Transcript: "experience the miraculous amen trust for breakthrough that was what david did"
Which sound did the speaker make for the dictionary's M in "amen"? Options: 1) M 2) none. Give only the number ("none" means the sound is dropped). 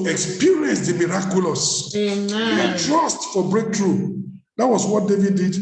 2